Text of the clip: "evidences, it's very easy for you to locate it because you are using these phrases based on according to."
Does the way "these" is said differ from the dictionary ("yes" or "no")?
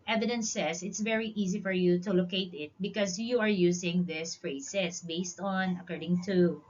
yes